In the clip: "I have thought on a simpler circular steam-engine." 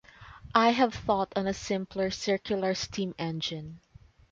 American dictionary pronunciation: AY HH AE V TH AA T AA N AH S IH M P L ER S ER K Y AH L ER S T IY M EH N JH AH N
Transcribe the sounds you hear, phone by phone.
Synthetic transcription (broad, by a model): AY HH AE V TH AA T AA N AH S IH M P L ER S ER K Y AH L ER S T IY M EH N JH AH N